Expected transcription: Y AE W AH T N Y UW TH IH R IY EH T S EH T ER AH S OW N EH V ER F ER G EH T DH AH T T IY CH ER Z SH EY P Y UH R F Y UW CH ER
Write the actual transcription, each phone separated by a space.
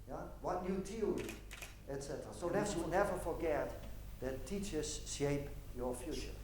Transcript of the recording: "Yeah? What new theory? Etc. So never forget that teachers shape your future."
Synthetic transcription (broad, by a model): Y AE W AH T N Y UW T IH L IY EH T S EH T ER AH S OW N EH V ER F ER G EH T DH AH T T IY CH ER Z SH EY P Y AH R F Y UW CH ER